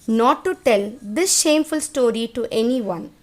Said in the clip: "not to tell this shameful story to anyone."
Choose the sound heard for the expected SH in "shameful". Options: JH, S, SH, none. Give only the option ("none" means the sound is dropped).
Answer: SH